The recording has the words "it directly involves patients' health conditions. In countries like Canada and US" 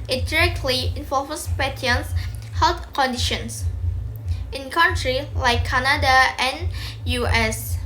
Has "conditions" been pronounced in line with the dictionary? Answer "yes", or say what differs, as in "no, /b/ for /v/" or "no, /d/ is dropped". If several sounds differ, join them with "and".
no, /s/ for /z/